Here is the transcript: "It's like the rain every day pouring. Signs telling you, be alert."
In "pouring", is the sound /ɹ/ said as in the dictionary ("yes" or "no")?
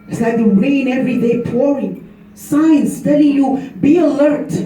yes